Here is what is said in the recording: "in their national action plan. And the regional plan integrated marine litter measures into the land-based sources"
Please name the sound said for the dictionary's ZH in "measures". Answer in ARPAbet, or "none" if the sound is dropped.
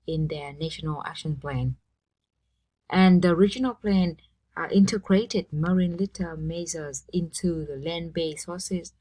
Z